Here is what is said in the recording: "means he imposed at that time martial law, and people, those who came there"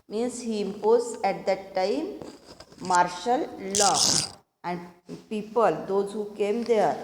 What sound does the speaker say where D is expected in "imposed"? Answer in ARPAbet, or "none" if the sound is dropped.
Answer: none